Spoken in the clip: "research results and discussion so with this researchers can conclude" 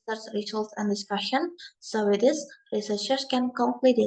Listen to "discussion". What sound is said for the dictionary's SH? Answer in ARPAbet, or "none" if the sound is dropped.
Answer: SH